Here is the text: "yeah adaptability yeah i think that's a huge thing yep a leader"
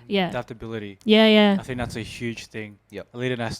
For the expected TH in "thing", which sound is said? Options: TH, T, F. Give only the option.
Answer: TH